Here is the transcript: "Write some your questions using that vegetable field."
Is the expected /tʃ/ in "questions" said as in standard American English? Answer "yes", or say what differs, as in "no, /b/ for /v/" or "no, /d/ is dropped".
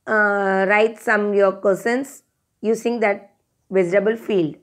no, /tʃ/ is dropped